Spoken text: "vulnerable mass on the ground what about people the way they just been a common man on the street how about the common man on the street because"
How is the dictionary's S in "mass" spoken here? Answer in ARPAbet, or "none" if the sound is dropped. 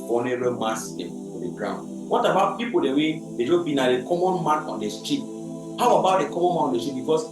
none